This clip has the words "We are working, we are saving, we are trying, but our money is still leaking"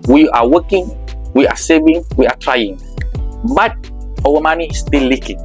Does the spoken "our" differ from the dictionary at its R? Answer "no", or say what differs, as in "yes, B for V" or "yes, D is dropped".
yes, W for R